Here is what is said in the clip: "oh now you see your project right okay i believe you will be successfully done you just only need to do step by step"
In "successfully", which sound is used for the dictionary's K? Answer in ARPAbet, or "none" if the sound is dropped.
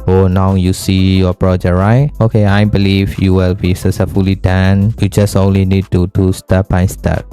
none